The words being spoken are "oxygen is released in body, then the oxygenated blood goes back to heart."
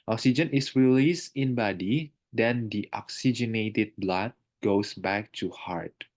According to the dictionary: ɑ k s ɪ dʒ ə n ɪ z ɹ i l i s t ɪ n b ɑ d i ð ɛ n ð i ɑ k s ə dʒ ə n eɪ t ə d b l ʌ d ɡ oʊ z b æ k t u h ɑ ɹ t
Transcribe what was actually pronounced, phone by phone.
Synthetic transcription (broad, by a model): ɑ k s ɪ dʒ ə n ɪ s ɹ i l i s t ɪ n b ɑ d i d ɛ n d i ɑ k s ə dʒ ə n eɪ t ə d b l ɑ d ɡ oʊ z b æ k t u h ɑ ɹ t